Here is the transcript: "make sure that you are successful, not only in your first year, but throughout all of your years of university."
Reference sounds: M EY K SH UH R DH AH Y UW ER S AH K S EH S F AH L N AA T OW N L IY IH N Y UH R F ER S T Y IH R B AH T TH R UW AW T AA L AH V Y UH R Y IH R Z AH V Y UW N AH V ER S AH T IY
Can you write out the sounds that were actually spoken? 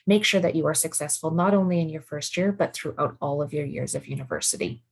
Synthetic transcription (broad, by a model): M EY K SH UH R DH AH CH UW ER S AH K S EH S F AH L N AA T OW N L IY IH N Y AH R F ER S T Y IH R B AH T TH R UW AW T AA L AH V Y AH R Y IH R Z AH V Y UW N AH V ER S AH T IY